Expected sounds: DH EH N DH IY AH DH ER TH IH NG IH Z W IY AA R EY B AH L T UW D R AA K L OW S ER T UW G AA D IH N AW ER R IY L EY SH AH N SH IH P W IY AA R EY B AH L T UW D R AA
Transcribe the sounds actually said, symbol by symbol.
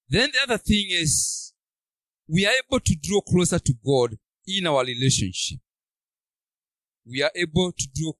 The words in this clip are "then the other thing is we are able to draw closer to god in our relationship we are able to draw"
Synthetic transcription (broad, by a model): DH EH N DH IY AH DH ER TH IH NG IH Z W IY AA R EY B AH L T UW D R AA K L OW S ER T UW G AA D IH N AW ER R IY L EY SH AH N SH IH P W IY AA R EY B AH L T UW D R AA